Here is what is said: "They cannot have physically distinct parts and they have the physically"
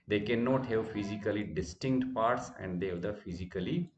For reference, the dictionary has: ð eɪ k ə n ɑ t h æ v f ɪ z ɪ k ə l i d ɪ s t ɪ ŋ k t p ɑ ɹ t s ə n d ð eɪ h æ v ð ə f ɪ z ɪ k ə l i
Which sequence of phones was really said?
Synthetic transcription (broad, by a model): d eɪ k ə n ɑ t h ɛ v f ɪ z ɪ k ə l i d ɪ s t ɪ ŋ k t p ɑ ɹ t s ə n d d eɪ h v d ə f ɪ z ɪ k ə l i